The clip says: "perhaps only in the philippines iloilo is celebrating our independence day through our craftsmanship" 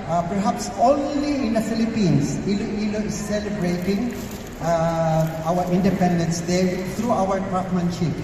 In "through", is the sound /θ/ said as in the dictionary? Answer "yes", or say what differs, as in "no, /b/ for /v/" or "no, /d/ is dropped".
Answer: no, /t/ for /θ/